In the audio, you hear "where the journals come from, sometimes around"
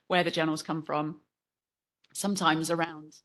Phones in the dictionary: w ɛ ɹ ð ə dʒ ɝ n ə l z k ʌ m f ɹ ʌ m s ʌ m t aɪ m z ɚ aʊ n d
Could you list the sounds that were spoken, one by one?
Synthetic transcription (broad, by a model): w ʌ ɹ ð ə dʒ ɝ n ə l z k ʌ m f ɹ ʌ m s ʌ m t aɪ m z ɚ aʊ n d